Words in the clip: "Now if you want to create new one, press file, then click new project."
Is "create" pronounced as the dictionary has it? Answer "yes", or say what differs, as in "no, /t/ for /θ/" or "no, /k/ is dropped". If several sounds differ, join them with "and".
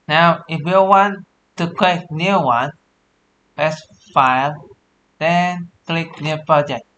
no, /l/ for /ɹ/